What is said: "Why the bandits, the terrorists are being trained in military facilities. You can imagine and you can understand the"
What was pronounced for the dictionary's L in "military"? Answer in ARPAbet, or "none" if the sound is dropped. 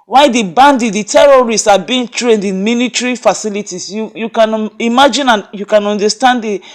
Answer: N